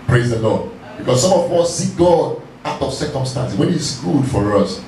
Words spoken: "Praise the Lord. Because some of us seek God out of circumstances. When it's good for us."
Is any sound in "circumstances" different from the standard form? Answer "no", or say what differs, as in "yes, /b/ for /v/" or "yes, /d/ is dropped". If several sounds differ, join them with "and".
yes, /z/ is dropped